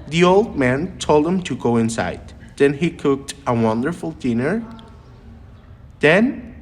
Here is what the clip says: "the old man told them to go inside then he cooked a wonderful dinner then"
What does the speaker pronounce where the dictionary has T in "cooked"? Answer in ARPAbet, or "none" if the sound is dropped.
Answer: T